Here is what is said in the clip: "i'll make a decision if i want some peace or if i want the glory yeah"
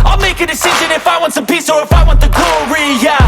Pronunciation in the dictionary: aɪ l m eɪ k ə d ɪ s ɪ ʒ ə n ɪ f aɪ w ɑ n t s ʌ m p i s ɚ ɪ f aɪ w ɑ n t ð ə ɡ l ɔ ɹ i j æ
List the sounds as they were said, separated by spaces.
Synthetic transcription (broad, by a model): aɪ l m eɪ k ə d ɪ s ɪ ʒ ə n ɪ f aɪ w ɑ n t s ʌ m p i s ɚ ɪ f aɪ w ɑ n t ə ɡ ɔ ɹ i j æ